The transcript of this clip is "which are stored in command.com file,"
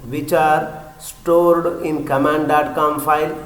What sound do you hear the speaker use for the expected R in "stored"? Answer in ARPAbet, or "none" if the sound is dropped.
R